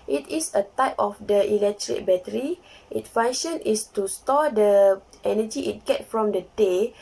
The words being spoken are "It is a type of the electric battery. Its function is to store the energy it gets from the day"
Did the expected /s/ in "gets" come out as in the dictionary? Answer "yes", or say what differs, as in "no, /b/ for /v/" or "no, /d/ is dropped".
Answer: no, /s/ is dropped